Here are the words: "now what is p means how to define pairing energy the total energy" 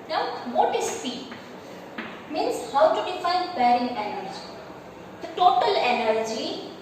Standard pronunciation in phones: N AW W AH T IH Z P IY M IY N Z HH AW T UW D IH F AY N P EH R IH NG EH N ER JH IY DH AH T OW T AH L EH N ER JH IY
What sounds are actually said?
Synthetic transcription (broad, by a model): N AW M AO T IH S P IY M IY N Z HH AW T UW D IH F AY N B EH R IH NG EH N ER JH IY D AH T OW T AH L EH N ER JH IY